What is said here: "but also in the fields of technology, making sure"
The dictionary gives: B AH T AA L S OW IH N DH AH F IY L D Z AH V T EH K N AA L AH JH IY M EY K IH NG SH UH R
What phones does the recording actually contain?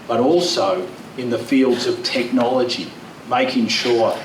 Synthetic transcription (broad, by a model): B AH T AA L S OW IH N DH AH F IY L D Z AH V T EH K N AA L AH JH IY M EY K IH NG SH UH R